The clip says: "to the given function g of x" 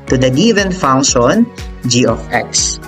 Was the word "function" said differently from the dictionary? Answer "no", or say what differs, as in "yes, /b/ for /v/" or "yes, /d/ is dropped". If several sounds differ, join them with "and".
yes, /k/ is dropped